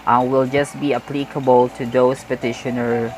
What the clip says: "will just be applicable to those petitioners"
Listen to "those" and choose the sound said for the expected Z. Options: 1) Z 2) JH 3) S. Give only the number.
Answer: 3